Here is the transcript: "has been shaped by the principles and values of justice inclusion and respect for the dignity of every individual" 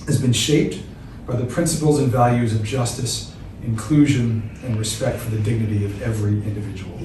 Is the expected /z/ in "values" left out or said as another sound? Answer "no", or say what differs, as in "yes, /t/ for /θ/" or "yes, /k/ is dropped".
no